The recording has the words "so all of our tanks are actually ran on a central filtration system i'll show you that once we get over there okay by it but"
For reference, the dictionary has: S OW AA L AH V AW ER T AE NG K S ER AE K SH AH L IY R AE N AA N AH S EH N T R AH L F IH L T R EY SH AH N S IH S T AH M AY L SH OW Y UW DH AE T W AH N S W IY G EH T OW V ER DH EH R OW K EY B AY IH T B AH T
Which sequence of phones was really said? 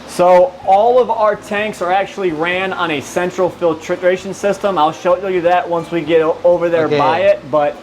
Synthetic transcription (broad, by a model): S OW AA L AH V AW ER T AE NG K S ER AE K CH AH L IY R AE N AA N AH S EH N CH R L F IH L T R EY SH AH N S IH S T AH M AY L SH OW Y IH DH AE T W AH N S W IY G EH T OW V ER DH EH R B AY IH T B AH T